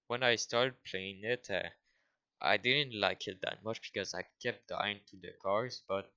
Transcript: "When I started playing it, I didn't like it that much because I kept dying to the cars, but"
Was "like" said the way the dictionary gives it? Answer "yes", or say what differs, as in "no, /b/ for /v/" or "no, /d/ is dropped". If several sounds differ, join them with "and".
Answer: yes